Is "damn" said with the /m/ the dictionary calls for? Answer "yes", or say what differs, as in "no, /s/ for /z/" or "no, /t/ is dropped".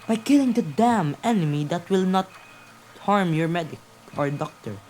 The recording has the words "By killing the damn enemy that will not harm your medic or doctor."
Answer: yes